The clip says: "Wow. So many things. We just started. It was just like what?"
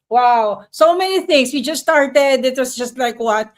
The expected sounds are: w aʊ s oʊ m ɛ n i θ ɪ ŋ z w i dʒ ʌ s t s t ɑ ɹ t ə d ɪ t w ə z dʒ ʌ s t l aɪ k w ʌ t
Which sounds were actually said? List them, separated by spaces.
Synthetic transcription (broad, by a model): w aʊ s oʊ m ɛ n i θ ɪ ŋ s w i dʒ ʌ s s t ɑ ɹ t ə d ɪ t w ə s dʒ ʌ s t l aɪ k w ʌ t